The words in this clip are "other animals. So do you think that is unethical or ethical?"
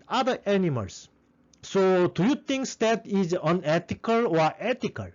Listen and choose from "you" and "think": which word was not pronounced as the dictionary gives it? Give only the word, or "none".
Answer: think